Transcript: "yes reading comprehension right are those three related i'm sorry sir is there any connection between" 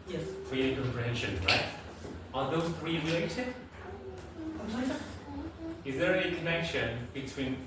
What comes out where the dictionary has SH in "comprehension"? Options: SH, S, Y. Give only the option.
SH